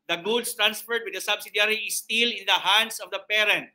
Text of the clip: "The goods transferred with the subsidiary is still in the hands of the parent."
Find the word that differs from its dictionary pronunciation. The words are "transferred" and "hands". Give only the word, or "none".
hands